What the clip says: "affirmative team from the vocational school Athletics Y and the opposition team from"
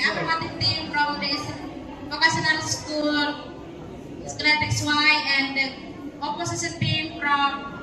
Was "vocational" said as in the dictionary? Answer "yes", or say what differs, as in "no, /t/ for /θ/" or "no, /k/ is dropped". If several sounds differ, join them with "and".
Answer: no, /s/ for /ʃ/